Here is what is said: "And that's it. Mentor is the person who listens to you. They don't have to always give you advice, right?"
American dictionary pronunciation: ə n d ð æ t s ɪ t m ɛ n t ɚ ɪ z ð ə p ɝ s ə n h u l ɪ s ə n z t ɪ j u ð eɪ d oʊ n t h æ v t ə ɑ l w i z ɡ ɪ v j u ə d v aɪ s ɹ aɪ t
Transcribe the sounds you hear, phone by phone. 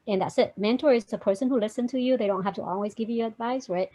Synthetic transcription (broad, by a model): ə n ð æ t s ɪ t m ɛ n t ɚ ɪ z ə p ɝ s ə n h u l ɪ s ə n t ɪ j u ð eɪ d oʊ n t h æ f t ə ɑ l w i z ɡ ɪ v j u ə d v aɪ s ɹ aɪ t